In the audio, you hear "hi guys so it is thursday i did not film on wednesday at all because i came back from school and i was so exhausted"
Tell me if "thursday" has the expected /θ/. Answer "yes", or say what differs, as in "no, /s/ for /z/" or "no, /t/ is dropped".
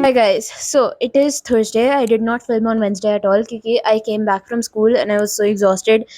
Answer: no, /t/ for /θ/